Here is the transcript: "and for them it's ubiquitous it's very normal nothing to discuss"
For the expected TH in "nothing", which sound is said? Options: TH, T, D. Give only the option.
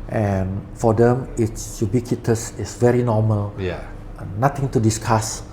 T